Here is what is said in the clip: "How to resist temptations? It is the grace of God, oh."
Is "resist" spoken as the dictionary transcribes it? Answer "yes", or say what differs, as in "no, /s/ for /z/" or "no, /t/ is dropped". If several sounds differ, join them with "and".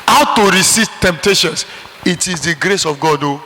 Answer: no, /s/ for /z/